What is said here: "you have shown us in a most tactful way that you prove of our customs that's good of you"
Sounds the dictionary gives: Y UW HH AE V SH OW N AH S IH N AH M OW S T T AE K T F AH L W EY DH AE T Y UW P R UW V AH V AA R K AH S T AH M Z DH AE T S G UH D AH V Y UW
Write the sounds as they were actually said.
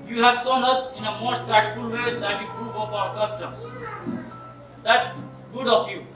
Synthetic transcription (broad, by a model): Y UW HH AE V S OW N AH S IH N AH M OW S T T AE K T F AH L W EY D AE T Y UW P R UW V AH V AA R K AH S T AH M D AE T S G UH D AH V Y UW